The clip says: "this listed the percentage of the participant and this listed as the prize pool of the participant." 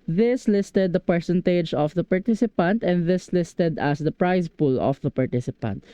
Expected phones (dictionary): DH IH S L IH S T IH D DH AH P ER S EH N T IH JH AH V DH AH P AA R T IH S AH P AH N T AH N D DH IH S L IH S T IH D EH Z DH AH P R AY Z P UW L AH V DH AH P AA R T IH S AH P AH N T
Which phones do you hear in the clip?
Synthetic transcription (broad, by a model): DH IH S L IH S T IH D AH P ER S EH N T IH JH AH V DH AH P AA R T IH S AH P AH N T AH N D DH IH S L IH S T IH D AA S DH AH P R AY S P UW L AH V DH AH P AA R T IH S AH P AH N T